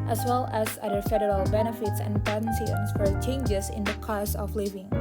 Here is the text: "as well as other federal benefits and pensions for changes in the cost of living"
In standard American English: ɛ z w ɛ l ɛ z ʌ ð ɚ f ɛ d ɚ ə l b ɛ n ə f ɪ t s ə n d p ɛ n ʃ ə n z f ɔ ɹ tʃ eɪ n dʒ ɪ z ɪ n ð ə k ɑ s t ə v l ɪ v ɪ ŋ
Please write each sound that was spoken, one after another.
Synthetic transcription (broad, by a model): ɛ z w ɛ l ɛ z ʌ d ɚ f ɛ d ɚ ə l b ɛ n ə f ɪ t s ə n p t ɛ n s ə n s f ɔ ɹ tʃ eɪ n dʒ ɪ s ɪ n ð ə k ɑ s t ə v l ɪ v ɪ ŋ